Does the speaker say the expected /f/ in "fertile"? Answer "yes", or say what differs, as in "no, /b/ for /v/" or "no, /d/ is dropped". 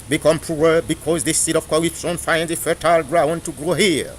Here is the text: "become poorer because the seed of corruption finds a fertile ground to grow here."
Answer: yes